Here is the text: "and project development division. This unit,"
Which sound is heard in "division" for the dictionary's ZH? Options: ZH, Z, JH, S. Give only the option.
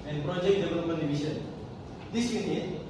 S